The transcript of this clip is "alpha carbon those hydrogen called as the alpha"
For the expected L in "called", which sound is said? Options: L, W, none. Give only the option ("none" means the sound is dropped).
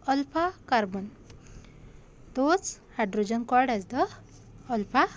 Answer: none